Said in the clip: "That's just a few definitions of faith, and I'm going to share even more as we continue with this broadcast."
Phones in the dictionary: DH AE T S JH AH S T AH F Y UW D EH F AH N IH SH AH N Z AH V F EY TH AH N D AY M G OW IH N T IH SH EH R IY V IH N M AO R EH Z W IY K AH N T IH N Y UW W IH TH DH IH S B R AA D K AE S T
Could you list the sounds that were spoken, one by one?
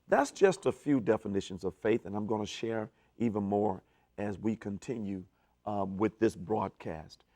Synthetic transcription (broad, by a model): DH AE T S JH AH S T AH F Y UW D EH F AH N IH SH AH N Z AH V F EY TH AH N AY M G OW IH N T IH SH EH R IY V IH N M AO R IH Z W IY K AH N T IH N Y UW W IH DH IH S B R AA D K AE S T